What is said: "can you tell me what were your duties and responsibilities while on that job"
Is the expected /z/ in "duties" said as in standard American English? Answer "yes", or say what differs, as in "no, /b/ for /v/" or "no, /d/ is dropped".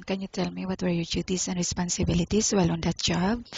no, /s/ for /z/